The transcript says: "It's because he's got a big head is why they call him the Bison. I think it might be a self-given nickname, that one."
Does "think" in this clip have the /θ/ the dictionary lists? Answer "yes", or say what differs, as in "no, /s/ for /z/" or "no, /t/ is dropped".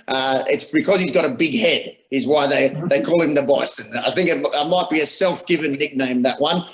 yes